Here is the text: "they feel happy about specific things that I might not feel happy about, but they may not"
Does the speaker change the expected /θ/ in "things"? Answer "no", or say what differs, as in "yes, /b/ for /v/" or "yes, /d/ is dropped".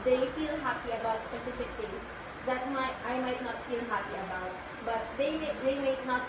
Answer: yes, /t/ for /θ/